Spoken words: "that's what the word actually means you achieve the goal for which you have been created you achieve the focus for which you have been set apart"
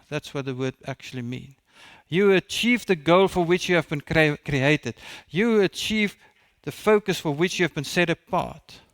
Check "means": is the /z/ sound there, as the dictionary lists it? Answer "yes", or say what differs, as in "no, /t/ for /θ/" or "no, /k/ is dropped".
no, /z/ is dropped